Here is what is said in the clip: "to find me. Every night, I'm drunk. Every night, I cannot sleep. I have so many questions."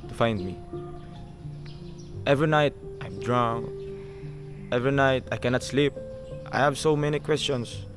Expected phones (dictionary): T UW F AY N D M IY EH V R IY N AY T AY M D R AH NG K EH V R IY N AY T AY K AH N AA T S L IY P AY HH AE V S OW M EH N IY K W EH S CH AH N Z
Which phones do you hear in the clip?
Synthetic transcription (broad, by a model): T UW F AY N D M IY EH V R IY N AY T AY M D R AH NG EH V R IY N AY T AY K AH N AA T S L IY P AY HH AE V S OW M EH N IY K W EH S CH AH N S